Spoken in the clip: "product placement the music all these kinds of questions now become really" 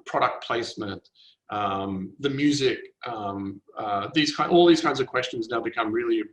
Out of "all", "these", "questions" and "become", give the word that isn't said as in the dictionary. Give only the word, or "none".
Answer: none